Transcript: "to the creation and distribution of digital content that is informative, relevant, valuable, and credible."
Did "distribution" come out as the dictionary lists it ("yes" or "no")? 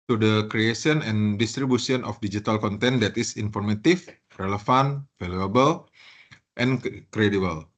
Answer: no